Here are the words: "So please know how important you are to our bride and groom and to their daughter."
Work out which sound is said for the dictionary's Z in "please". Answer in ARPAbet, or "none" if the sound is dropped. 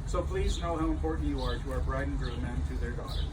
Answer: Z